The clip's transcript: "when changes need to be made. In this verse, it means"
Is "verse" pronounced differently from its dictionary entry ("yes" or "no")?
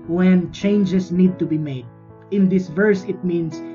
no